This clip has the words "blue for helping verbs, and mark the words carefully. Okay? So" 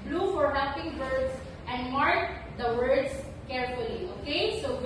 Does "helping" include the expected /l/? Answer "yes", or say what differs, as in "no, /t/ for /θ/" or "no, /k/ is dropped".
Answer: no, /l/ is dropped